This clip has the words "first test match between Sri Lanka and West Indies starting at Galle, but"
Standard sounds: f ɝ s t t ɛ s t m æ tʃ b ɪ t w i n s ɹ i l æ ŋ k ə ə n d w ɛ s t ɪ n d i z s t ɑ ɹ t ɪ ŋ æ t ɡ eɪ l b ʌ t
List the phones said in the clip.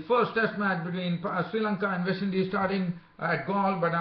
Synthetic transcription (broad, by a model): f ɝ s t t ɛ s t m æ tʃ b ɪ t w i n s ɹ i l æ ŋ k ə ə n d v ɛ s ɪ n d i s t ɑ ɹ t ɪ ŋ æ t ɡ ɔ l b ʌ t